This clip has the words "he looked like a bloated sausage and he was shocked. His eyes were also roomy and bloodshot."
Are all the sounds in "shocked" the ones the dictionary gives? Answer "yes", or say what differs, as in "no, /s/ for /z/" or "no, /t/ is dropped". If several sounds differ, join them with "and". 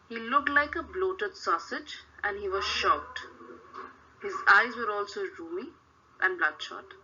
no, /k/ is dropped